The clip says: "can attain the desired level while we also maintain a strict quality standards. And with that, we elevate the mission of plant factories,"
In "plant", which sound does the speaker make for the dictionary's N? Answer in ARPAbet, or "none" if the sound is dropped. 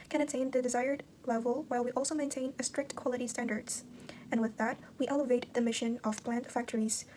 N